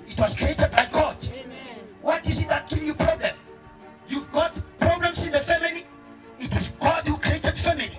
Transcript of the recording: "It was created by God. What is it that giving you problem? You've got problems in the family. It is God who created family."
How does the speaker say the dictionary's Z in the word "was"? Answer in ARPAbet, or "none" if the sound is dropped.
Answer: S